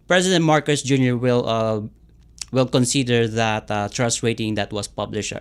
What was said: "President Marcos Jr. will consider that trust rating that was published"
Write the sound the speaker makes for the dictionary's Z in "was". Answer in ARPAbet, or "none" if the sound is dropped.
S